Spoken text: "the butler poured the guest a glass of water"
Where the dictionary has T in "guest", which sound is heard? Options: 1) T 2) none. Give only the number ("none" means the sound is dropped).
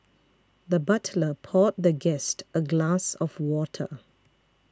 1